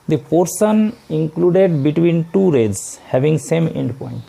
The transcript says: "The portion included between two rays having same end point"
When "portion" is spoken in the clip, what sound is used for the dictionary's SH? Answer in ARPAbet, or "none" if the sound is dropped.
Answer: S